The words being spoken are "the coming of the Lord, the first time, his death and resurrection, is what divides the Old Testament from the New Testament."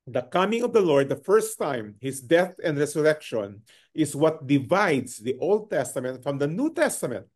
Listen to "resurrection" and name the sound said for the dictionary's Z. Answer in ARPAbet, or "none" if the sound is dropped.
S